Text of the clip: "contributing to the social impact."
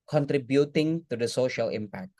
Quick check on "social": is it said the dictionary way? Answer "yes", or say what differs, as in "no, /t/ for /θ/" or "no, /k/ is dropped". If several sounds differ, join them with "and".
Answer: yes